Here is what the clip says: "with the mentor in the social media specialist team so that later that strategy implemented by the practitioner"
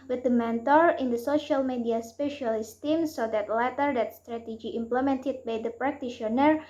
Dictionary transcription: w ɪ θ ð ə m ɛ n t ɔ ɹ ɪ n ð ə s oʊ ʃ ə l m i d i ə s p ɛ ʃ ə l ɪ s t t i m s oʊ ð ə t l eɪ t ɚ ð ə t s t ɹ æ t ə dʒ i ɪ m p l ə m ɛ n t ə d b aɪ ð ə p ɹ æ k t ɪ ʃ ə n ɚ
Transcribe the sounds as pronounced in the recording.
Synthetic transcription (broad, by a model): w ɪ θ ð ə m ɛ n t ɔ ɹ ɪ n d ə s oʊ ʃ ə l m i d i ə s p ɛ ʃ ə l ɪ s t t i m s oʊ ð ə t l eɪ t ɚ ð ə t s t ɹ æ t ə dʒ i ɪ m p l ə m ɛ n t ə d b aɪ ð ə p ɹ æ k t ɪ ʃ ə n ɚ